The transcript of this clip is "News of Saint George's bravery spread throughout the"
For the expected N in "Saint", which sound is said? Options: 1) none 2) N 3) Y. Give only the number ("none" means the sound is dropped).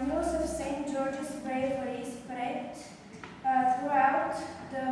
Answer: 2